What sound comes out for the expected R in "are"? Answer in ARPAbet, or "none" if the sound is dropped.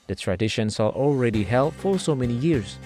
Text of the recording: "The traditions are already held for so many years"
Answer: L